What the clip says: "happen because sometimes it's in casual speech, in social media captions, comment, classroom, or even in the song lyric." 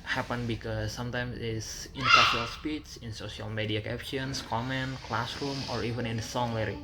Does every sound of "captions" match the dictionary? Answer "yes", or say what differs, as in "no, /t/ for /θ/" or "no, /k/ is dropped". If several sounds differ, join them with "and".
no, /s/ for /z/